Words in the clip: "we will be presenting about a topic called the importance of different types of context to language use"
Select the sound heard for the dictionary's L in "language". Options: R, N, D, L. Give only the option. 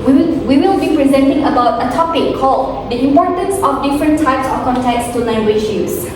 N